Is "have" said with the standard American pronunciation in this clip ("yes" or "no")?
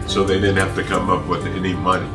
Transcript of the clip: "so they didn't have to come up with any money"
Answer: no